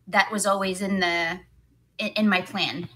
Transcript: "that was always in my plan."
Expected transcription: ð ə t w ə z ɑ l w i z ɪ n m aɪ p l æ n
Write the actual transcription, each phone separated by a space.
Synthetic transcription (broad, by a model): ð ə t w ə z ɑ l w i z ɪ n m aɪ p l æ n